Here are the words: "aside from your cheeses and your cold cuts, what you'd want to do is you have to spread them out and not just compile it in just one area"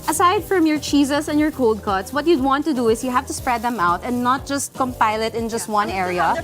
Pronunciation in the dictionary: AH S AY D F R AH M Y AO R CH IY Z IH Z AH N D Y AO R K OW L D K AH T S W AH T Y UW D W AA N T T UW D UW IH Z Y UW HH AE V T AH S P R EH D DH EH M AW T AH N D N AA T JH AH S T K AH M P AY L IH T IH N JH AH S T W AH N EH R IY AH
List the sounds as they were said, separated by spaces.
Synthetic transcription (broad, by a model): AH S AY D F R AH M Y AO R CH IY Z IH S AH N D Y AO R K OW L D K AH T S W AH T Y UW D W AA N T T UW D UW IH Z Y UW HH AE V T AH S P R EH D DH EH M AW T AH N D N AA T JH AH S T K AH M P AY L IH T IH N JH AH S T W AH N EH R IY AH